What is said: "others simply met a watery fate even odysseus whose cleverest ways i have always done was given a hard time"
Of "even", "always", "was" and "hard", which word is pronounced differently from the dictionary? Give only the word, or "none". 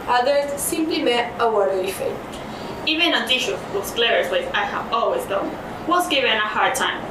was